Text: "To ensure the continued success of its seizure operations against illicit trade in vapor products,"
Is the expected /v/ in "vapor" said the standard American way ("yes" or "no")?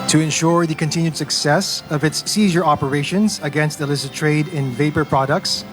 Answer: yes